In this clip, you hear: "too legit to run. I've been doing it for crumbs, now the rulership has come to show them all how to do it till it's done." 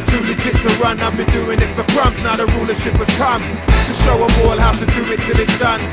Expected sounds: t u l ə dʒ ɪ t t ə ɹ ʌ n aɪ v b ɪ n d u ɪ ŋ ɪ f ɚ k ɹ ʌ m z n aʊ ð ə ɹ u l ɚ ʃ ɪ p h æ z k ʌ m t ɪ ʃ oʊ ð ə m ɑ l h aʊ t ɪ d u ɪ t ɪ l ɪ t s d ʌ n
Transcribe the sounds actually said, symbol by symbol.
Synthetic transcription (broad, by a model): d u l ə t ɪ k t ə ɹ ʌ n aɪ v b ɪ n d u ɪ ŋ ɪ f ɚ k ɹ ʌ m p n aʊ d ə ɹ u l ɚ ʃ ɪ p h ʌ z k ʌ m t ɪ ʃ oʊ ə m ɑ l h aʊ t ɪ d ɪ ɪ t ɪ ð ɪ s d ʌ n